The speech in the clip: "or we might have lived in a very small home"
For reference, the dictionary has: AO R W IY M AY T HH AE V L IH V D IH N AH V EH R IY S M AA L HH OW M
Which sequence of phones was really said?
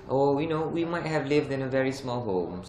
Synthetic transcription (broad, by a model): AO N W IY M AY T HH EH V L IH V D IH N AH V EH R IY S M AA L HH OW M